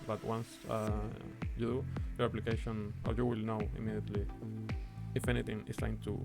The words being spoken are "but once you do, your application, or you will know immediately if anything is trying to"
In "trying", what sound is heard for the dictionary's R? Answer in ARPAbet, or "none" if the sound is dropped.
none